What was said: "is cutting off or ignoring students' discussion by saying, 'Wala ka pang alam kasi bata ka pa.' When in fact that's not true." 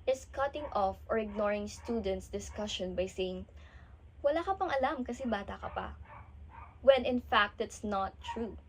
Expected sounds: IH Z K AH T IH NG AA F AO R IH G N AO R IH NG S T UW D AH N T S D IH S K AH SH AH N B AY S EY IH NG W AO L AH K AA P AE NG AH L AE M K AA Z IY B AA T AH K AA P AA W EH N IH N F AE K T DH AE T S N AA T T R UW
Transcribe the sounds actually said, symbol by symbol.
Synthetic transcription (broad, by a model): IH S K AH T IH NG AA F AO R IH G N AO R IH NG S T UW D AH N T S D IH S K AH SH AH N B AY S EY IH NG W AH L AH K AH P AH NG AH L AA M K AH S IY B AA T AH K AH P AA W EH N IH N F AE K T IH T S N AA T T R UW